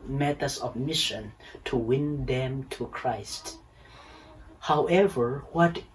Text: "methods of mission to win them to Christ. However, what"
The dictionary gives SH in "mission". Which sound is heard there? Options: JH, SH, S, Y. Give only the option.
SH